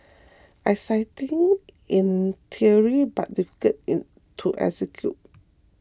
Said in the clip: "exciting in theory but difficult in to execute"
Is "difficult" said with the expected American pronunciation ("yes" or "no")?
no